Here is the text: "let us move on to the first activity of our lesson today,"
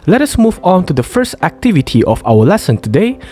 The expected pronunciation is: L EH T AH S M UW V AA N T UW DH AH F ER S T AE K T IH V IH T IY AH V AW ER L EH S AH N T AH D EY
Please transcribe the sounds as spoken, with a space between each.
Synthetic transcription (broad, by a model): L EH T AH S M UW V AA N T UW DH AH F ER S T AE K T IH V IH T IY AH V AW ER L EH S AH N T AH D EY